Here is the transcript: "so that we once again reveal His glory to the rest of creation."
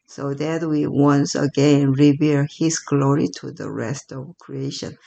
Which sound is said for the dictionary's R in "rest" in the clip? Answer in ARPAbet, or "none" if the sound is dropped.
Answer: R